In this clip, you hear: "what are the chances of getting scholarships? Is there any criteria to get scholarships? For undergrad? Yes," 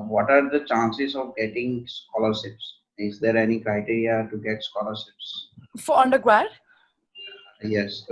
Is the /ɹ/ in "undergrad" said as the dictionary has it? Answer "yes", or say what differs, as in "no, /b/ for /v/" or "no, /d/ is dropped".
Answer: no, /w/ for /ɹ/